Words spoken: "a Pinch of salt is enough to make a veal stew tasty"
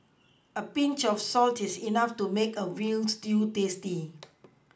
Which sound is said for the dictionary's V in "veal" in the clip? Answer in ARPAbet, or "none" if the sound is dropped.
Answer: W